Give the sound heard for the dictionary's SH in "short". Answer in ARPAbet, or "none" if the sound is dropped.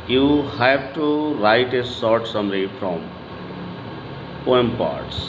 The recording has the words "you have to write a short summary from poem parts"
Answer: S